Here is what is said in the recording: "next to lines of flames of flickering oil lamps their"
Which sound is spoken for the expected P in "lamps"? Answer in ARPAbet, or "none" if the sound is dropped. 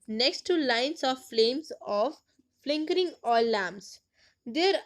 none